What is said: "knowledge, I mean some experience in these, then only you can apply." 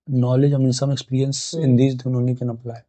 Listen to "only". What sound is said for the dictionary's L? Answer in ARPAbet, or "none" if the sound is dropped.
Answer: none